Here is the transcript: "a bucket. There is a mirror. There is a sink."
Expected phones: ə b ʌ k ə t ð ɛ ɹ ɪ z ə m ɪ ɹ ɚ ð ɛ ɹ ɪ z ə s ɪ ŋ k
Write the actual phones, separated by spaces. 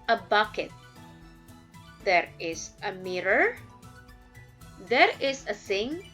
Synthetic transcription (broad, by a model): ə b ʌ k ə t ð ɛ ɹ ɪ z ə m ɪ ɹ ɚ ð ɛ ɹ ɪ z ə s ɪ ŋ